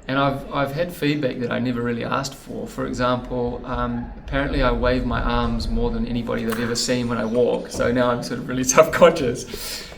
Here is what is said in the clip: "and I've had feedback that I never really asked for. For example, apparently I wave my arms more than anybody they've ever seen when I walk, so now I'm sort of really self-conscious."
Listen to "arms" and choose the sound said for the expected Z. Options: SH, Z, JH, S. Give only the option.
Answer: Z